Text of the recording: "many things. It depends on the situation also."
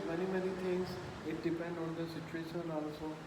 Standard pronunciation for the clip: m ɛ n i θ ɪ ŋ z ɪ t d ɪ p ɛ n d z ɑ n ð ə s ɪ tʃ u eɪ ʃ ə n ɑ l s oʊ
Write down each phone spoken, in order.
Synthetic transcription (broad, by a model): m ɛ n i t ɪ ŋ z ɪ t d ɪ p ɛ n d ɑ n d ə s ɪ tʃ u eɪ ʃ ə n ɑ l s oʊ